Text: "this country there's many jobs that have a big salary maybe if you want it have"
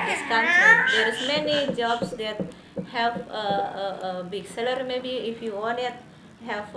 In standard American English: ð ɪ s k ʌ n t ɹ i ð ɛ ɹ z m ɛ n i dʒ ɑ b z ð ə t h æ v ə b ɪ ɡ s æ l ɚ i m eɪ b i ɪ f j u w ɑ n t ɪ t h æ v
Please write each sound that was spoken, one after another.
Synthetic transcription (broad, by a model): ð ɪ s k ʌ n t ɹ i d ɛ ɹ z m ɛ n i dʒ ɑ b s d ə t h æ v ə b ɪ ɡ s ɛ l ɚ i m eɪ b i ɪ f j u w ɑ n ɪ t h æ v